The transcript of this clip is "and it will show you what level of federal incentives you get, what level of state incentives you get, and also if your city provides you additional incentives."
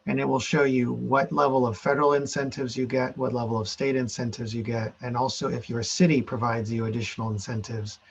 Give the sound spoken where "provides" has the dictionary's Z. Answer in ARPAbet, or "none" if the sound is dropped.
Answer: Z